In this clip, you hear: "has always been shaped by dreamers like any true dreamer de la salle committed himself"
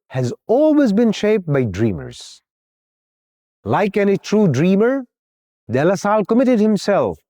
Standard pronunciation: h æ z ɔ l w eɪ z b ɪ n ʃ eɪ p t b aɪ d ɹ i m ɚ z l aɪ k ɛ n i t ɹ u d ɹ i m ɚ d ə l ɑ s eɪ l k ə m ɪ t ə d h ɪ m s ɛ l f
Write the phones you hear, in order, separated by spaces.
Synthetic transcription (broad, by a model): h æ z ɔ l w eɪ z b ɪ n ʃ eɪ p t b aɪ d ɹ i m ɚ z l aɪ k ɛ n i t ɹ u d ɹ i m ɚ d ə l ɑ s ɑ l k ə m ɪ t ə d h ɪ m s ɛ l f